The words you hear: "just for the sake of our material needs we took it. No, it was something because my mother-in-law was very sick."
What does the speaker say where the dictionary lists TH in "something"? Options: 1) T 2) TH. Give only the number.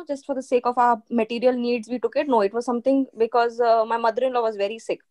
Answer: 1